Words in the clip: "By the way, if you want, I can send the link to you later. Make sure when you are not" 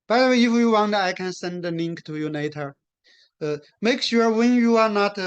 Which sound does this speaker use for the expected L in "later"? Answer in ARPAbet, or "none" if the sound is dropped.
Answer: N